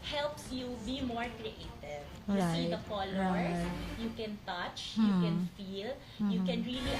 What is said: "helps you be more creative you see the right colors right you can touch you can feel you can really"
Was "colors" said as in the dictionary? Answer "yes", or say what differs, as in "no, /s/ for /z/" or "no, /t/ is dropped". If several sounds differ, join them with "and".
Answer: no, /l/ is dropped and /z/ is dropped